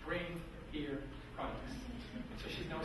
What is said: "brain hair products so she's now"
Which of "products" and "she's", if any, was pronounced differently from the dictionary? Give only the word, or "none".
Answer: products